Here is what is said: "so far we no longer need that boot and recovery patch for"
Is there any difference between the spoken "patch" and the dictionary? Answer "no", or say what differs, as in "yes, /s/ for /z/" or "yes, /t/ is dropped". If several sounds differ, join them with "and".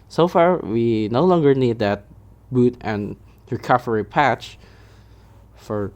no